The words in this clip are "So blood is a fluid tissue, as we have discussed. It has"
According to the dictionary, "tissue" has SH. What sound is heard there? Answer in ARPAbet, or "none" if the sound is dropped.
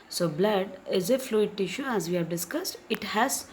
SH